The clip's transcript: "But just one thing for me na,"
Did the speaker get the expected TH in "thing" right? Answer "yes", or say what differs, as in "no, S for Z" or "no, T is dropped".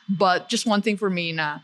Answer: yes